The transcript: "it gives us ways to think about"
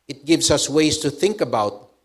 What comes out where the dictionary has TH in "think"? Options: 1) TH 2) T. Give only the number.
1